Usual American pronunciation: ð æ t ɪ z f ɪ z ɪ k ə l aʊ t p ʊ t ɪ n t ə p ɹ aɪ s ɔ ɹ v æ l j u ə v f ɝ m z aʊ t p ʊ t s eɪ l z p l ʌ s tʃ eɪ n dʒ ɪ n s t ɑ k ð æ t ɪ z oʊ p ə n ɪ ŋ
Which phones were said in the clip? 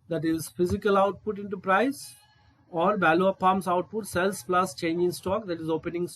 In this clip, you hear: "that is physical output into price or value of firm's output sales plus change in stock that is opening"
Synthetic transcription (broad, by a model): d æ t ɪ z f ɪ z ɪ k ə l aʊ t p ʊ t ɪ n t ə p ɹ aɪ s ɔ ɹ b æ l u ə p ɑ m s aʊ t p ʊ t s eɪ l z p l ʌ s tʃ eɪ n dʒ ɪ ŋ s t ɑ k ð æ t ɪ z oʊ p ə n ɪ ŋ